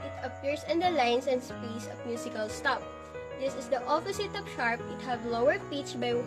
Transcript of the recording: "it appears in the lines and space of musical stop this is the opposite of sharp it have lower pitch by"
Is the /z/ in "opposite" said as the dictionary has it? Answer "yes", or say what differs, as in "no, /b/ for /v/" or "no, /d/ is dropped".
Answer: no, /s/ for /z/